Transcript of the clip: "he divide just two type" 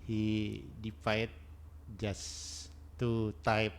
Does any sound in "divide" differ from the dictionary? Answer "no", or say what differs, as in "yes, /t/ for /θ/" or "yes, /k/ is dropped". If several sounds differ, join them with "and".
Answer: yes, /f/ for /v/